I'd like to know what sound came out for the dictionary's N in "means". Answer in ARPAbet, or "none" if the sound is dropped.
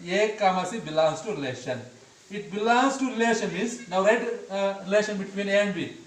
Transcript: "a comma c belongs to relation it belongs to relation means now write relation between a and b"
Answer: none